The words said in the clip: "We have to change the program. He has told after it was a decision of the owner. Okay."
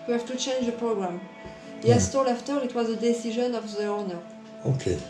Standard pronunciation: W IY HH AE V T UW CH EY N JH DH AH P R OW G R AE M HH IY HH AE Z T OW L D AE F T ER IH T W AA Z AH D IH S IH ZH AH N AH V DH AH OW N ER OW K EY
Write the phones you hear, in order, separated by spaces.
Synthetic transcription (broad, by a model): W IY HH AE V T UW CH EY N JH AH P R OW G R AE M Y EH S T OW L AE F T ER IH T W AA Z AH D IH S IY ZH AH N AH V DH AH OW N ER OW K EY